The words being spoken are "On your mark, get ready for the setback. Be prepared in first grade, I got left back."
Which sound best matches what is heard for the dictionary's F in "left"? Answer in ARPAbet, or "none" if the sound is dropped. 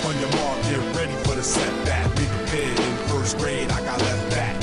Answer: none